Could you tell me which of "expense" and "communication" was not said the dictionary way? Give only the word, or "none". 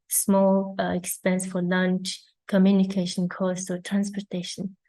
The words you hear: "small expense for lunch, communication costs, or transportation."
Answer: none